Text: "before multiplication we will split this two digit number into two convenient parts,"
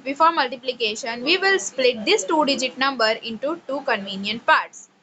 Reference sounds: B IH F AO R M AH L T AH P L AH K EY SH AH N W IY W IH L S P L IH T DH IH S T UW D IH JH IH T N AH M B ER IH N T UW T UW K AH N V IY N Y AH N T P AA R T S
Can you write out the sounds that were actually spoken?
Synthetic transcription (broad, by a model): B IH F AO R M AH L T AH P L AH K EY SH AH N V IY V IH L S P L IH T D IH S T UW D IH JH IH T N AH M B ER IH N T UW T UW K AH N V IY N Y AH N T P AA R T S